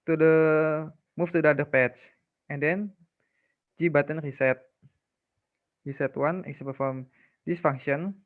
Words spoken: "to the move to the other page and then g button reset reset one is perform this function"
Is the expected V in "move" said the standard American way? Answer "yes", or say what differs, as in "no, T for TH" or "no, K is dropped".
no, F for V